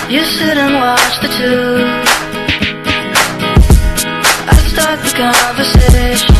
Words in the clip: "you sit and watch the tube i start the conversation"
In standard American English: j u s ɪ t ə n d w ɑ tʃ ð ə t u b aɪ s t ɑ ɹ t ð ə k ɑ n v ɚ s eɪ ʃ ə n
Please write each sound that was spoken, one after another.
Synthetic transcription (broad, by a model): j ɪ s ɪ t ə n w ɑ tʃ ð ə t u aɪ s t ɑ ɹ t ð ə k ɑ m v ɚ s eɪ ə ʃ